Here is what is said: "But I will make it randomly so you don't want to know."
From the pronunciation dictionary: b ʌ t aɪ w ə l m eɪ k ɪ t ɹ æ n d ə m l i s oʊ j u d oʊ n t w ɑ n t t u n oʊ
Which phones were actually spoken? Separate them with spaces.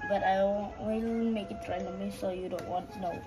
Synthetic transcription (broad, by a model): b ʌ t aɪ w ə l m eɪ k ɪ t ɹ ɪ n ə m i s oʊ j u d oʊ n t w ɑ n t t u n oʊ